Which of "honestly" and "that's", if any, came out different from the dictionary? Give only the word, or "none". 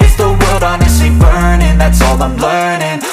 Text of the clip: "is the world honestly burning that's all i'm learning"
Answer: honestly